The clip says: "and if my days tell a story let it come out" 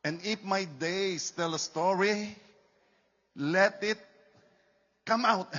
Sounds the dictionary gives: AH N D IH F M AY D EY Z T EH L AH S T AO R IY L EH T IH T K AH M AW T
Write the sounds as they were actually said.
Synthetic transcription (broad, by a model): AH N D IH F M AY D EY S T EH L AH S T AO R IY L EH T IH T K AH M AW T